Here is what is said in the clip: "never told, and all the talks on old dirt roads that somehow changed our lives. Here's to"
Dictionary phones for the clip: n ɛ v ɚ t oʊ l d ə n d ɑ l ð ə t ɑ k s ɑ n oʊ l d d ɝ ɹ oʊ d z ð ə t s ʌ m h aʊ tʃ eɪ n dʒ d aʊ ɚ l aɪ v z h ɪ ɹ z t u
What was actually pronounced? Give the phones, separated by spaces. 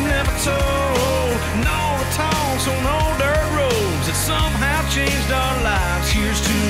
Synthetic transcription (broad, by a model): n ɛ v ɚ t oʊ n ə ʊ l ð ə t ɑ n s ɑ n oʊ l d d ɝ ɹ oʊ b z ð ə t s ʌ m h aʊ tʃ eɪ n dʒ d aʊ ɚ l aɪ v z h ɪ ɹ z t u